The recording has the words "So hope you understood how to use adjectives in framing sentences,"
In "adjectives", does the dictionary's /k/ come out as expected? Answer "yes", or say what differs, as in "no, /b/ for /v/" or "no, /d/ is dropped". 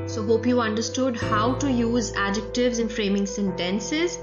yes